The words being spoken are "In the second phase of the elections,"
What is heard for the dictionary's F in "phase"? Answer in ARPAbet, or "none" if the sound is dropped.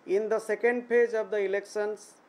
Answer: P